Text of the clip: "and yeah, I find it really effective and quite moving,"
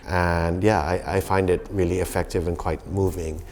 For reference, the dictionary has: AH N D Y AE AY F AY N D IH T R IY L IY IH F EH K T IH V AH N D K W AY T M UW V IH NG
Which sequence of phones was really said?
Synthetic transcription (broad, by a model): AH N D Y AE AY F AY N D IH T R IY L IY IH F EH K T IH V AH N K W AY T M UW V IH NG